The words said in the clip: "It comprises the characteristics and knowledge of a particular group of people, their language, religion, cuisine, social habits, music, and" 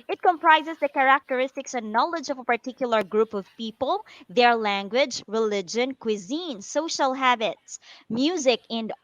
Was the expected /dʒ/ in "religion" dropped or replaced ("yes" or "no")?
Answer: no